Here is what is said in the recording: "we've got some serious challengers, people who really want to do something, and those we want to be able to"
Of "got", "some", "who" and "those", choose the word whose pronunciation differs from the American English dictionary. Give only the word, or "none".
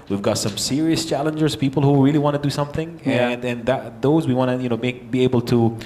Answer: none